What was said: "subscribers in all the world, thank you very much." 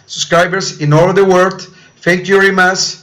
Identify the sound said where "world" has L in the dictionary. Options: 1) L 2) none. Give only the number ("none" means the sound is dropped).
2